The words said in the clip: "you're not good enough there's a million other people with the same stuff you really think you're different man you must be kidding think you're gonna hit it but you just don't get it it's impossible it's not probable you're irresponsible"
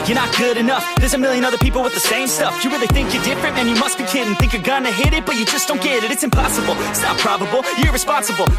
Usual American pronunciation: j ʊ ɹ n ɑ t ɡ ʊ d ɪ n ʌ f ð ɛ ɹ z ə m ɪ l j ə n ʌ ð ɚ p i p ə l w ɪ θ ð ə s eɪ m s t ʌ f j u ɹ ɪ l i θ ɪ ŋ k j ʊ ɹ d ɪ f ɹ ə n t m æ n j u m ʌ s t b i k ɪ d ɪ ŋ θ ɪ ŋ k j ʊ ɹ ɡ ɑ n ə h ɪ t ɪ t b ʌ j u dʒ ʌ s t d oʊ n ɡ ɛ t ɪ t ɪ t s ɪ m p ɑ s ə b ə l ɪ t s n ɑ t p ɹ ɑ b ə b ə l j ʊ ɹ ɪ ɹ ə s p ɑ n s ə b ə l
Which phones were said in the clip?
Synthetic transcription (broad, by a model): j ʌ ɹ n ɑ t ɡ ʊ d ɪ n ʌ f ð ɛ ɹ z ə m ɪ l j ə n ʌ ð ɚ p i p l w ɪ ð ə s eɪ m s t ʌ f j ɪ ɹ ɪ l i θ ɪ ŋ k j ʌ ɹ d ɪ f ɹ ə n t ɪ n j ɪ m ʌ s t b i k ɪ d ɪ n θ ɪ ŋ k j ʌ ɹ ɡ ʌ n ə h ɪ t ɪ t b ʌ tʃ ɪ dʒ ʌ s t d oʊ n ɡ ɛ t ɪ t ɪ t s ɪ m p ɑ s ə b l ɪ t s n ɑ t p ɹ ɑ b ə b l j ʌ ɹ ɹ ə s p ɑ n s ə b l